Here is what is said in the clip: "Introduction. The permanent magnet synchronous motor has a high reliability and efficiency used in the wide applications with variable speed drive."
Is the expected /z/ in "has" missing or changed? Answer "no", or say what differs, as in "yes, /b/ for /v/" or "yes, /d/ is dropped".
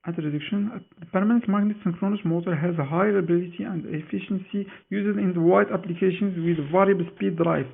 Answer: no